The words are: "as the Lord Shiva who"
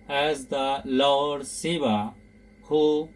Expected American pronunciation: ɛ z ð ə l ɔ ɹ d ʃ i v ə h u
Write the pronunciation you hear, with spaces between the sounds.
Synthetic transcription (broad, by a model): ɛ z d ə l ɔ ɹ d s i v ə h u